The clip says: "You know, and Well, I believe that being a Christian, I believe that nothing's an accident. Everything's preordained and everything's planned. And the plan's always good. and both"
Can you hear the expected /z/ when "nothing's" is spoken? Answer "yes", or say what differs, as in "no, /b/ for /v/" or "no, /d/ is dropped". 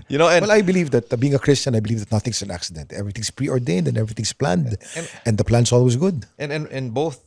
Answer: no, /s/ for /z/